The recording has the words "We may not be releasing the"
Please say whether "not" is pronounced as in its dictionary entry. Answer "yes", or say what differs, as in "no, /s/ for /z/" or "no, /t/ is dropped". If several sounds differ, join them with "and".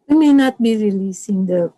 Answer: yes